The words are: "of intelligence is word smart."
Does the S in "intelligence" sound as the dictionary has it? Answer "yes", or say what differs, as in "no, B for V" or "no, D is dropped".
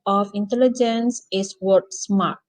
yes